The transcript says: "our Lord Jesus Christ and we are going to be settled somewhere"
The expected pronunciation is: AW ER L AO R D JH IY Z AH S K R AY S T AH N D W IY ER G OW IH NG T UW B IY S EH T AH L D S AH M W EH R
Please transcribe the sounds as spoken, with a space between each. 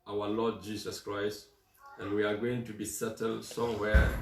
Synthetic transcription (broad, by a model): AW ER L AO D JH IY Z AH S K R AY S T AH N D W IY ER G OW IH NG T UW B IY S EH T AH L D S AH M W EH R